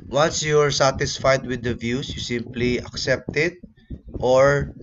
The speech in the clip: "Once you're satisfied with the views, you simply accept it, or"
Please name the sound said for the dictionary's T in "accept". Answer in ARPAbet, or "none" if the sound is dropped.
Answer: T